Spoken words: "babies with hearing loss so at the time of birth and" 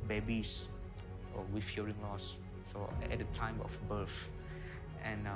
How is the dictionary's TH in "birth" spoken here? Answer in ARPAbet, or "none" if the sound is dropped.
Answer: F